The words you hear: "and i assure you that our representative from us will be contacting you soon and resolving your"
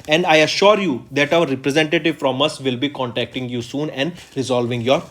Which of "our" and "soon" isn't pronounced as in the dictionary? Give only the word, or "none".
none